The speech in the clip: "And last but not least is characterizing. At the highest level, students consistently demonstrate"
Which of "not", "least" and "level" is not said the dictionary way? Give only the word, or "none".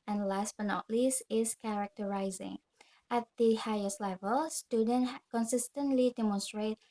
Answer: least